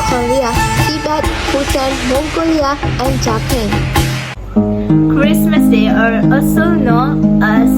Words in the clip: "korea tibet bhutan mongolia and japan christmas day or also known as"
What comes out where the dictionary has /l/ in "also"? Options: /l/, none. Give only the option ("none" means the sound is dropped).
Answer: none